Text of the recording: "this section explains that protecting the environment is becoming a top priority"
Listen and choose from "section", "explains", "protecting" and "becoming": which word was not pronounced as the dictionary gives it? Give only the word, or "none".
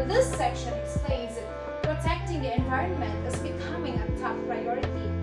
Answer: explains